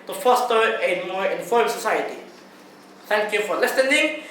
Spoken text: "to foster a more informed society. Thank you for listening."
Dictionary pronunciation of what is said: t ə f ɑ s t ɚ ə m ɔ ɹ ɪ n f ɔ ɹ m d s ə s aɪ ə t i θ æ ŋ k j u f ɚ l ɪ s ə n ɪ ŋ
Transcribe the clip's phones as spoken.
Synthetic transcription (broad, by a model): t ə f ɑ s t ɚ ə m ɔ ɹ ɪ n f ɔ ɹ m s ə s aɪ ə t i θ æ ŋ k j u f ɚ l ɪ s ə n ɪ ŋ